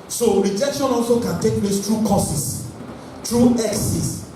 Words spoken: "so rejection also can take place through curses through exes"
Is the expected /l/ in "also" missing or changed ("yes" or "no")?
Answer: no